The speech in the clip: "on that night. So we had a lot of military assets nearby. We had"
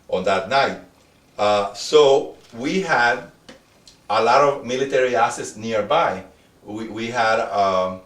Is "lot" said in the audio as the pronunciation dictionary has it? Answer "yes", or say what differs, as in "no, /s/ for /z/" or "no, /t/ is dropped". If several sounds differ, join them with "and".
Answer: yes